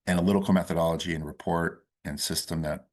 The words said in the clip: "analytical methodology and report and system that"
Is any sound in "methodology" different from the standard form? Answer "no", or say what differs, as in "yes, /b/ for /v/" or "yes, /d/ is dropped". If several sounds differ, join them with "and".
no